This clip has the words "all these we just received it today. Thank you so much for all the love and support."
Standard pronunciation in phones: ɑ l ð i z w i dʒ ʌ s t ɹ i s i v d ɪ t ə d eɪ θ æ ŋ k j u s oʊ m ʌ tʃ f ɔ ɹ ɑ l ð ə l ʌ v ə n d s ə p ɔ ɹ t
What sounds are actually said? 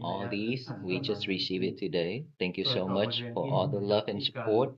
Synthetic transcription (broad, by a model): ɑ l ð i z w i dʒ ʌ s t ɹ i s i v ɪ t ə d eɪ t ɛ ŋ k j u s oʊ m ʌ tʃ f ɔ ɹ ɑ l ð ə l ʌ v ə n s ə p ɔ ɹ t